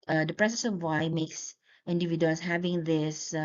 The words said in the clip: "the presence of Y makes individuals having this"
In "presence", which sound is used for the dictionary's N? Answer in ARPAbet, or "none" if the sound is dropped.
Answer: none